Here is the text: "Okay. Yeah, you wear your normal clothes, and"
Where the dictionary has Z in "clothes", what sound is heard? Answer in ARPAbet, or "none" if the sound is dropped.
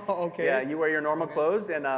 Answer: Z